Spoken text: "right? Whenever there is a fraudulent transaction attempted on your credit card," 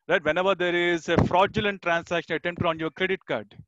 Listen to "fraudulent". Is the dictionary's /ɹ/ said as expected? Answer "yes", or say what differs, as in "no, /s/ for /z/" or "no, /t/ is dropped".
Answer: yes